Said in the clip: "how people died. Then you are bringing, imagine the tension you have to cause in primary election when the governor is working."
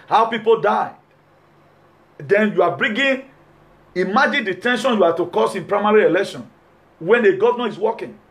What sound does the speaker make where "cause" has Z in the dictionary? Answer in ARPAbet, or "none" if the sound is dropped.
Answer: S